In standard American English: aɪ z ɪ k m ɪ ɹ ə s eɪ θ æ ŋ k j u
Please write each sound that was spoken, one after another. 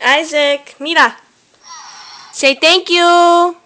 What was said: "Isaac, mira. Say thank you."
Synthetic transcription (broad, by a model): aɪ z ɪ k m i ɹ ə s eɪ t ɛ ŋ k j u